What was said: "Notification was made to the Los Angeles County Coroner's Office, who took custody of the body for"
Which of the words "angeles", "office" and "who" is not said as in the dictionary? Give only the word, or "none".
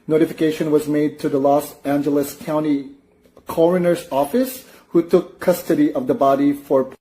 none